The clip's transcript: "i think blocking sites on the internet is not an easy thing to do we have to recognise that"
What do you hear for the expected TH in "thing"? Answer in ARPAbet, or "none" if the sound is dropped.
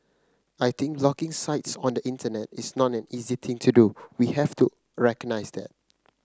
T